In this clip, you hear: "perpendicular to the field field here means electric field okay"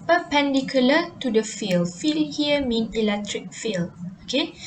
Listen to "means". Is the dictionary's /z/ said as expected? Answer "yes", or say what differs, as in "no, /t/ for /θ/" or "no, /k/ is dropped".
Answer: no, /z/ is dropped